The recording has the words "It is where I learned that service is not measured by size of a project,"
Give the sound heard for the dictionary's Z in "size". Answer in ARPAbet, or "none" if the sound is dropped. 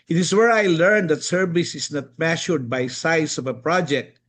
S